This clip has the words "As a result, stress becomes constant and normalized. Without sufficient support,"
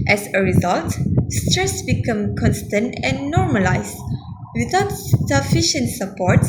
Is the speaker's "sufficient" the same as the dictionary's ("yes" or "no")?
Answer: yes